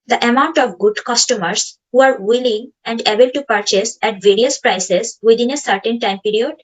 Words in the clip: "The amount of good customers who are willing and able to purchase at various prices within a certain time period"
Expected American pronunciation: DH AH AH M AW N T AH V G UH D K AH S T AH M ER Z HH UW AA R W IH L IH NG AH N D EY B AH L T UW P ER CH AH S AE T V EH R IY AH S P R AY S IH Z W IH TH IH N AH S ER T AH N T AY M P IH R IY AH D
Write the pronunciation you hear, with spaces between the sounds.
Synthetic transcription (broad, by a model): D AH AH M AW N T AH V G UH D K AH S T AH M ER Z HH UW AA R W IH L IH NG AH N D EY B AH L T UW P ER CH AH S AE T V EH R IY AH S P R AY S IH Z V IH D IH N AH S ER T AH N T AY M P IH R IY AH D